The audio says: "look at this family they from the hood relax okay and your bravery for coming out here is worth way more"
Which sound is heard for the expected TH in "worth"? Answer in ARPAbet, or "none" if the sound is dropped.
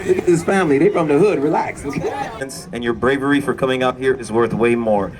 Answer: TH